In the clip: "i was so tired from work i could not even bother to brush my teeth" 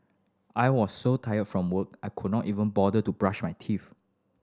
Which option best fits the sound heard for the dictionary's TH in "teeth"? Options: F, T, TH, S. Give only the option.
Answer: F